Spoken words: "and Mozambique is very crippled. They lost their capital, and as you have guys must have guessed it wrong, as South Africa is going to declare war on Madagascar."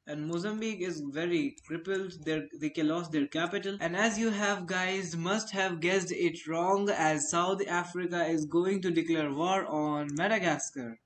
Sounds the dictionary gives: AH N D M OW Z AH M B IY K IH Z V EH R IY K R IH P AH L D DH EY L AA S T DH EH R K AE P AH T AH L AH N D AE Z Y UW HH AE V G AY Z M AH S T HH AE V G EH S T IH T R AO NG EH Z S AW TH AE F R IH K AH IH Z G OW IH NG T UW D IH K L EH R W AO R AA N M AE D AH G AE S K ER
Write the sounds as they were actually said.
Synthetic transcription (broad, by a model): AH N D M OW Z AH M B IY K IH Z V EH R IY K R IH P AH L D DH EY L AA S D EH R K AE P AH T AH L AH N D AE Z Y UW HH AE V G AY Z M AH S T HH AE V G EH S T IH T R AO NG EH Z S AW T AE F R IH K AH IH Z G OW IH NG T UW D IH K L EH R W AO R AA N M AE D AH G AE S K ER